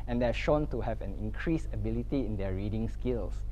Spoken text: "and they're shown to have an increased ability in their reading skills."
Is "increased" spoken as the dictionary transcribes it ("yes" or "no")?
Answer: no